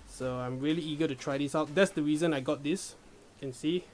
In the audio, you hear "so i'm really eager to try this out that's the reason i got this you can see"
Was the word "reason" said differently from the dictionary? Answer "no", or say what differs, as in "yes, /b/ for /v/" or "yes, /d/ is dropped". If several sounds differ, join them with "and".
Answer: no